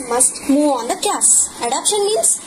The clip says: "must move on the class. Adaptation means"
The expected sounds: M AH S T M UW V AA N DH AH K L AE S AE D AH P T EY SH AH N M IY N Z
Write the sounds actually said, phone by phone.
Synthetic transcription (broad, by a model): M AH S T M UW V AA N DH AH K AE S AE D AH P SH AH N M IY N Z